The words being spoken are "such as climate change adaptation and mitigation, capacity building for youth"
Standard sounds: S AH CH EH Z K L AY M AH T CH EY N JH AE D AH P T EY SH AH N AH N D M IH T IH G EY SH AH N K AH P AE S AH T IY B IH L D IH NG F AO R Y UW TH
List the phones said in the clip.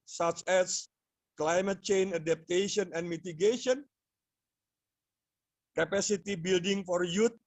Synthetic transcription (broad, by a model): S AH CH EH S K L AY M AH T CH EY N AA D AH P T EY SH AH N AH N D M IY T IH G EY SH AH N K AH P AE S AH T IY B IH L D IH NG F AO R Y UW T